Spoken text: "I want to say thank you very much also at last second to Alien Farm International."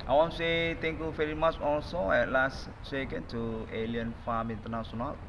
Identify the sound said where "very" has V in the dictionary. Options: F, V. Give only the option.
F